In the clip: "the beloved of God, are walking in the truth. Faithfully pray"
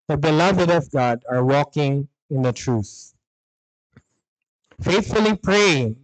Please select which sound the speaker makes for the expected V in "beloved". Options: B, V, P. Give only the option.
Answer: V